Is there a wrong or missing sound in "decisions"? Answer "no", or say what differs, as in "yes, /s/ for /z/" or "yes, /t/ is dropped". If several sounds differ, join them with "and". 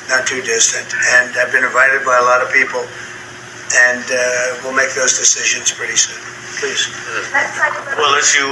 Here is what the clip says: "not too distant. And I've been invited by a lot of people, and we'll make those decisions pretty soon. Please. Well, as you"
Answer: no